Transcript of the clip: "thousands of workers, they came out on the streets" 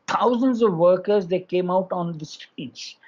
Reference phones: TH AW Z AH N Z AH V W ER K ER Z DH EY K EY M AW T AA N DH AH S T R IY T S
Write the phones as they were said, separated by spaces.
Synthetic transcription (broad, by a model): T AW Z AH N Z AH V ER K ER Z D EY K EY M AW T AA N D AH S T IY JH